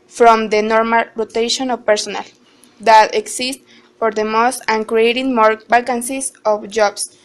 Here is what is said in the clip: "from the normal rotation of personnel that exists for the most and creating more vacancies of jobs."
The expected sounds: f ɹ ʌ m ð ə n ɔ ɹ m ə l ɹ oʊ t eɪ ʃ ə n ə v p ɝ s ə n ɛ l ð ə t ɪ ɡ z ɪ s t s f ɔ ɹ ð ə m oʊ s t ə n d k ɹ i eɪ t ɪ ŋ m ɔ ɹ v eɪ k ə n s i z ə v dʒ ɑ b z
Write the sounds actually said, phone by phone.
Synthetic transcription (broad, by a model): f ɹ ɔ m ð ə n ɔ ɹ m ə l ɹ oʊ t eɪ ʃ ə n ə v p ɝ s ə n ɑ l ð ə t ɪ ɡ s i s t f ɔ ɹ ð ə m oʊ s t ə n k ɹ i eɪ t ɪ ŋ m ɔ ɹ b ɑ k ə n s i s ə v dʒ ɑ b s